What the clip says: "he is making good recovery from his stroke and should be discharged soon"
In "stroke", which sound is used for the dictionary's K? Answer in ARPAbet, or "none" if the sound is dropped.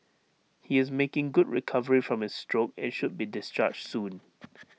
K